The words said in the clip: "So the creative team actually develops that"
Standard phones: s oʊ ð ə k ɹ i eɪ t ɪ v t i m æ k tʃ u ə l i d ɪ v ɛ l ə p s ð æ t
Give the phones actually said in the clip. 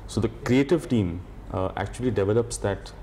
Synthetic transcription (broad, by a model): s oʊ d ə k ɹ i eɪ t ɪ v t i m æ k tʃ u ə l i d ɪ v ɛ l ə p s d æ t